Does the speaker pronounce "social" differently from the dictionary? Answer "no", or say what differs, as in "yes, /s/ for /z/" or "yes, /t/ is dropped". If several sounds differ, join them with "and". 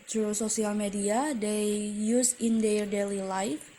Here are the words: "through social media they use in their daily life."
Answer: yes, /s/ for /ʃ/